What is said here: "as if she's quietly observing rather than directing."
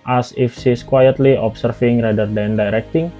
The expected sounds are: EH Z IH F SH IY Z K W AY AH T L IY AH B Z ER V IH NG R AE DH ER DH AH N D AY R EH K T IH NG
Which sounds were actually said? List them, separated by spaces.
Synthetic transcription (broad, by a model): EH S IH F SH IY S K W AY AH T L IY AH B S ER F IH NG R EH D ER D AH N D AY R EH K T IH NG